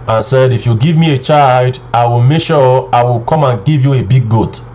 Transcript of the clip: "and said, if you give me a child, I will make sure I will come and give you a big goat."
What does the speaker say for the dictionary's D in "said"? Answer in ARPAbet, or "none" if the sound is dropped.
D